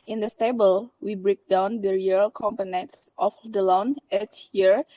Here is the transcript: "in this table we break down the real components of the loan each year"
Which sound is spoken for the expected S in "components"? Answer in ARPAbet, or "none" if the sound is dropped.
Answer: S